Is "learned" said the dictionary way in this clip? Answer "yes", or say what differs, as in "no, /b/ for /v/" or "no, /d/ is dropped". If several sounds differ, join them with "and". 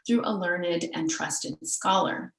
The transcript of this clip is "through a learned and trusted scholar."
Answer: yes